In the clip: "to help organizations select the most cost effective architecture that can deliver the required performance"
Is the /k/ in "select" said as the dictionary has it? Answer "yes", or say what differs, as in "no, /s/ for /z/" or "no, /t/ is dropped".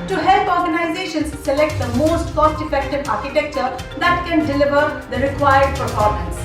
yes